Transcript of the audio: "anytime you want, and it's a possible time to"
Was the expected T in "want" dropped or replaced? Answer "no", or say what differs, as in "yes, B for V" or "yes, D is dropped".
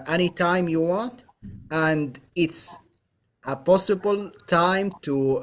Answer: no